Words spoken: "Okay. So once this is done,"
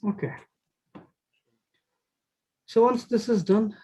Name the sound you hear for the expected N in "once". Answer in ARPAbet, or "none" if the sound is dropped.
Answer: L